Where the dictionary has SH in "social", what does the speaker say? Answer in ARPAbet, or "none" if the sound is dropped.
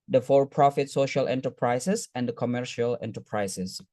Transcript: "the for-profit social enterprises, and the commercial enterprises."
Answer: SH